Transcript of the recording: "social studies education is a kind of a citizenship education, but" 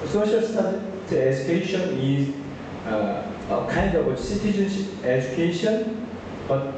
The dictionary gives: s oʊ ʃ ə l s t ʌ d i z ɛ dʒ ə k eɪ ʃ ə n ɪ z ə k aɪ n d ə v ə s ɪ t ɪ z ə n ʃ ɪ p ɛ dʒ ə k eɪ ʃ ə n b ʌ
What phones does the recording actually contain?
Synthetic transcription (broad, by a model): s oʊ ʃ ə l s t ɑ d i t ɛ dʒ ə k eɪ ʃ ə n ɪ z ə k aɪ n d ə w ə s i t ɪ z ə n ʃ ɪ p ɛ dʒ ə k eɪ ʃ ə n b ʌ